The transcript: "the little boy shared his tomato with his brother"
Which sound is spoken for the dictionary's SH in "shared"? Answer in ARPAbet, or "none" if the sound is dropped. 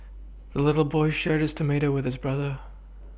SH